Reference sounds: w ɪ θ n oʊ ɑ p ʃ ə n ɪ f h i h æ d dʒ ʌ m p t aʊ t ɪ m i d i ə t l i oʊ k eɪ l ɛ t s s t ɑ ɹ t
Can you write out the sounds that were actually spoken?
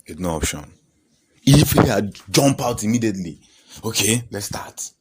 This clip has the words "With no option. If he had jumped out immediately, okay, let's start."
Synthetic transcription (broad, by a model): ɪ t n oʊ ɑ p ʃ ə n ɪ f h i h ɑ dʒ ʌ m p aʊ t ɪ m i d i ə t l i oʊ k eɪ l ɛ t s s t ɑ t